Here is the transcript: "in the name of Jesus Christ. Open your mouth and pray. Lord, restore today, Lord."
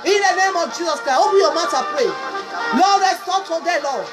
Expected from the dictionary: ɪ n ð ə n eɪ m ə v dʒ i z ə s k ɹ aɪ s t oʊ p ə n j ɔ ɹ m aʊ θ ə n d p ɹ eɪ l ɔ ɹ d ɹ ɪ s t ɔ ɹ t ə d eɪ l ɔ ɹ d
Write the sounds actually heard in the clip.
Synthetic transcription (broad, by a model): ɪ n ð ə n eɪ m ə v dʒ i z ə s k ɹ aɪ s oʊ b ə j ɔ m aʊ t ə p ɹ eɪ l ɔ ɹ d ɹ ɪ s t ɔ t ə d eɪ l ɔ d